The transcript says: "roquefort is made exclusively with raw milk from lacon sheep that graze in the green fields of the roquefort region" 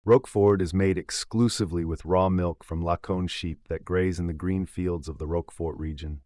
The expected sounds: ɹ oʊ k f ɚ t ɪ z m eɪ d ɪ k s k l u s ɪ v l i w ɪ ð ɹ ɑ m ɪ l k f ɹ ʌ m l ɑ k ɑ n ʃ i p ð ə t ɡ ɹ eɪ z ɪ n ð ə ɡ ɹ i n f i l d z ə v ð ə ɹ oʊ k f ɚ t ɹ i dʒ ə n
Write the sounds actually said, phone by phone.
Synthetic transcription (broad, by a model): ɹ oʊ k f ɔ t ɪ z m eɪ d ɪ k s k l u s ɪ v l i w ɪ ð ɹ ɑ m ɪ l k f ɹ ʌ m l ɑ k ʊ n ʃ i p ð ə t ɡ ɹ eɪ z ɪ n ð ə ɡ ɹ i n f i l d z ə v ð ə ɹ oʊ k f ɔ t ɹ i dʒ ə n